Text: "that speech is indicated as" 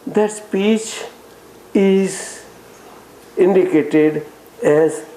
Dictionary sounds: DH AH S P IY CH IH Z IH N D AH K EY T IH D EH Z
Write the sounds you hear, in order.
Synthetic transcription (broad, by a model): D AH S P IY CH IH Z IH N D AH K EY T IH D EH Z